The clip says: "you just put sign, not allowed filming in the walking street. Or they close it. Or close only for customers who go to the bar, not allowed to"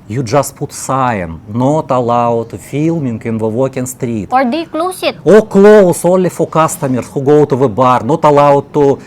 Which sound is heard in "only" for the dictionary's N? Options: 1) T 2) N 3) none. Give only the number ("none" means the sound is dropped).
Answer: 3